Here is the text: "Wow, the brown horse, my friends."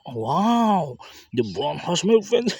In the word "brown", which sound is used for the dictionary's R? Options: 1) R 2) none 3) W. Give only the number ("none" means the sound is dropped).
2